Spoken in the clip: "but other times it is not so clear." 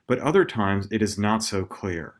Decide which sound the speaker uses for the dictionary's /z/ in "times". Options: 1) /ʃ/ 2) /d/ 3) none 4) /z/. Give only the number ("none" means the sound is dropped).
4